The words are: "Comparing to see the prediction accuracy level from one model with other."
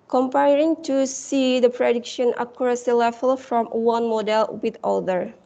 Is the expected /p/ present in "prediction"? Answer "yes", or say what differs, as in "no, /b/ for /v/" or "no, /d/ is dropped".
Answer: yes